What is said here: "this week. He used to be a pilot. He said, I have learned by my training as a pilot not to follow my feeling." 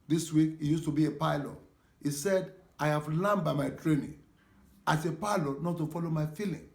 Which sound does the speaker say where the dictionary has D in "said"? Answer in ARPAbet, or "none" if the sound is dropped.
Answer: D